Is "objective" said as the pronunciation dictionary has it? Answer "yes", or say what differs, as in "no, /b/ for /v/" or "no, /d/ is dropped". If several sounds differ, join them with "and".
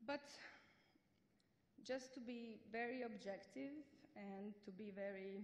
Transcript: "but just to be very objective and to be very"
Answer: yes